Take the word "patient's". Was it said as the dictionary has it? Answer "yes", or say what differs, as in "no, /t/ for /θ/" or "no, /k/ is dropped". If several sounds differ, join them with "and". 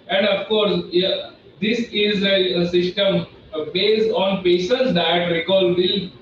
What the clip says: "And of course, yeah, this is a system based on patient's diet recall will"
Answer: no, /s/ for /ʃ/